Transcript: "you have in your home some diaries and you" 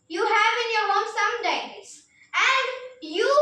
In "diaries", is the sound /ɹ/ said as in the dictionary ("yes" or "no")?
no